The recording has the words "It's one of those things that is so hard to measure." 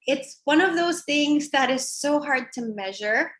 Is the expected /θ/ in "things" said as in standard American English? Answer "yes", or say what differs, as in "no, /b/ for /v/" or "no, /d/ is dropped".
yes